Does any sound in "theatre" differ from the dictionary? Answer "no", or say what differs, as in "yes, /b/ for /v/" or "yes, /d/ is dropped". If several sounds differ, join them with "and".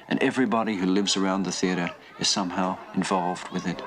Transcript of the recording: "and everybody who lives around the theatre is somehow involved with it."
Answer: no